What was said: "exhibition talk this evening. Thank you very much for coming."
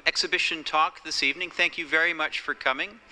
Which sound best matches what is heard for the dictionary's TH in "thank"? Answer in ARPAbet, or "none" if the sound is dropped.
TH